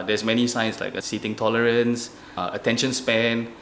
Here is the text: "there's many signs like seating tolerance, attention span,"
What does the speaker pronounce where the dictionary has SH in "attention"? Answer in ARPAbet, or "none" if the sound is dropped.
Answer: SH